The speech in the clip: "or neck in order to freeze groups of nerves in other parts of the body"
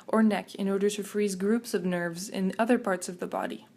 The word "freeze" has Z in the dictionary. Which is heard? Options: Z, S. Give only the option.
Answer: Z